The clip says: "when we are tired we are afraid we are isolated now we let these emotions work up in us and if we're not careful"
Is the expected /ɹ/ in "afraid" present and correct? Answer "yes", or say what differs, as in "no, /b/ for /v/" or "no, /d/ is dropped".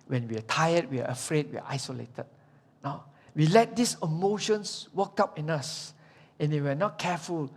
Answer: yes